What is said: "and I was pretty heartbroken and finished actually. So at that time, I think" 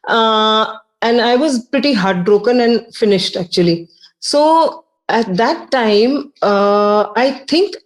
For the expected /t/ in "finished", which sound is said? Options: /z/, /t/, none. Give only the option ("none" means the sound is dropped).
/t/